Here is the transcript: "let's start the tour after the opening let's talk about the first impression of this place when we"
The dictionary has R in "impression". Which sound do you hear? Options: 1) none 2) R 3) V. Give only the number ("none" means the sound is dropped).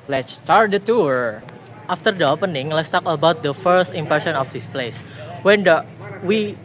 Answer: 1